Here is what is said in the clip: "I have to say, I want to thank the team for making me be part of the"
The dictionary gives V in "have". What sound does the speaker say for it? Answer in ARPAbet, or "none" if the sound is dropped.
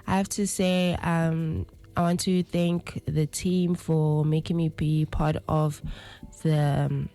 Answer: F